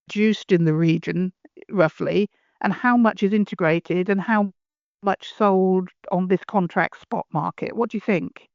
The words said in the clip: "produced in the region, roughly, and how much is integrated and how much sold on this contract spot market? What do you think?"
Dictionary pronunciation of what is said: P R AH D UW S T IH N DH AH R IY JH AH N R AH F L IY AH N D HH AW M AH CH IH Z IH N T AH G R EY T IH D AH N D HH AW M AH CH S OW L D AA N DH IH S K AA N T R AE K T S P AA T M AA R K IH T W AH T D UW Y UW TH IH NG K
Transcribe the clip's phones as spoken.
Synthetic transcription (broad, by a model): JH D UW S T IH N DH AH R IY JH AH N R AH F L IY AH N HH AW M AH CH IH Z IH N T AH G R EY T IH D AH N HH AW M AH CH S OW L D N DH IH S K AA N T R AE K T S P AA T M AA R K IH T W AH T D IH Y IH TH IH NG K